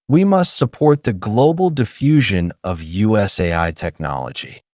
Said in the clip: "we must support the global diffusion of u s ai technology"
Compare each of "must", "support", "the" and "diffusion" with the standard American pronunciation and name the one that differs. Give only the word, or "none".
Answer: none